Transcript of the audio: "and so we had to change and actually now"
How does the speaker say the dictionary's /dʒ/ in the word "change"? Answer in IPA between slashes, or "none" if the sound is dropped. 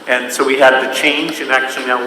/dʒ/